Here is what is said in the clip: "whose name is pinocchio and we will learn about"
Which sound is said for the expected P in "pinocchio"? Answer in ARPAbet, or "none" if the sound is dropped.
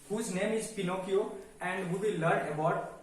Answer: P